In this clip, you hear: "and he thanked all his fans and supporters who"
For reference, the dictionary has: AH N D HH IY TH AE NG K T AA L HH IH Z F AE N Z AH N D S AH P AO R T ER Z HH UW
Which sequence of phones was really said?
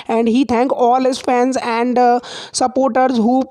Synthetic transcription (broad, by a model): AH N D HH IY T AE NG K AA L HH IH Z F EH N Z AH N D S AH P AO R T ER Z HH UW